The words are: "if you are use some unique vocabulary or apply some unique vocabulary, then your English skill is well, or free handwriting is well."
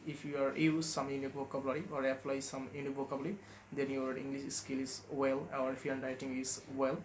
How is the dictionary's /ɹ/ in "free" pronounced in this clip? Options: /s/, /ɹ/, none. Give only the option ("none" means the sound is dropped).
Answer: none